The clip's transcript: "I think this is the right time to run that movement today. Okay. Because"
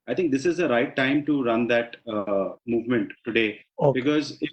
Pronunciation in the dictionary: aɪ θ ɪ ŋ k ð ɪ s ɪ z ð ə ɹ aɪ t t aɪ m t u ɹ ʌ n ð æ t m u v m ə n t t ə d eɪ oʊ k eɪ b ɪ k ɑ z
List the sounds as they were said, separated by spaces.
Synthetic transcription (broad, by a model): aɪ t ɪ ŋ k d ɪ s ɪ z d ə ɹ aɪ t t aɪ m t u ɹ ʌ n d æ t m u v m ə n t t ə d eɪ eɪ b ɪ k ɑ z